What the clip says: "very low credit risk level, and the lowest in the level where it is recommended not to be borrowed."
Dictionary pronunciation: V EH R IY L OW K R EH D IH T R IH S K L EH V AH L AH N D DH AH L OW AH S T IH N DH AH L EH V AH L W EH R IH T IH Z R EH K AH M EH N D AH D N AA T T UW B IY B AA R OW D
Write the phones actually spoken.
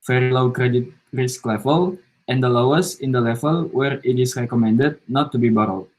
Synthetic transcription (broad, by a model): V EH R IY L OW K R EH D IH T R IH S K L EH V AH L AH N D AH L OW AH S IH N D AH L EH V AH L W EH R IH T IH S R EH K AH M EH N D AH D N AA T T UW B IY B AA R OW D